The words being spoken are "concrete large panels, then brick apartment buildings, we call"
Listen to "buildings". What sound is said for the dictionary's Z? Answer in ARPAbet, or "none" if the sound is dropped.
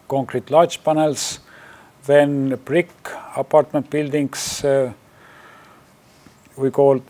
S